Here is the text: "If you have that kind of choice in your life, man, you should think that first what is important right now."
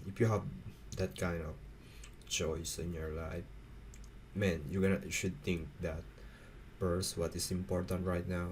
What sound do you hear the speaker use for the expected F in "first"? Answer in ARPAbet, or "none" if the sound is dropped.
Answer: P